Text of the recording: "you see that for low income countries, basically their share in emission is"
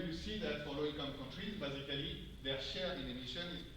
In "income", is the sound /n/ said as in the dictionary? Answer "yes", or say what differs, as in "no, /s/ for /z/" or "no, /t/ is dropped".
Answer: no, /n/ is dropped